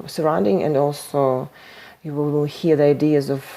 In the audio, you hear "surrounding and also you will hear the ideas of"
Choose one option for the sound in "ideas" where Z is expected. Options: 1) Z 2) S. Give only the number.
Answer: 1